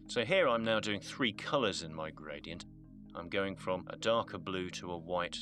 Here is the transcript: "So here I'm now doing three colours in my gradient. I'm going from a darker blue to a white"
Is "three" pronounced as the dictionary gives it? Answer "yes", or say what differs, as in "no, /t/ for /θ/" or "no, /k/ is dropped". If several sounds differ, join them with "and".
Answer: yes